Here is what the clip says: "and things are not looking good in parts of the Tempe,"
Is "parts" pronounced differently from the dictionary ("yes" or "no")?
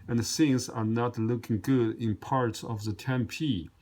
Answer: no